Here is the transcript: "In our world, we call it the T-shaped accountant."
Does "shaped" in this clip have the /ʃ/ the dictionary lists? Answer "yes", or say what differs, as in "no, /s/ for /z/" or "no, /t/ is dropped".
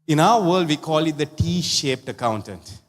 yes